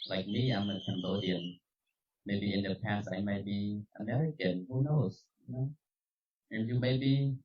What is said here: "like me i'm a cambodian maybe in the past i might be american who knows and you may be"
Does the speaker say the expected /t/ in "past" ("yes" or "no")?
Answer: yes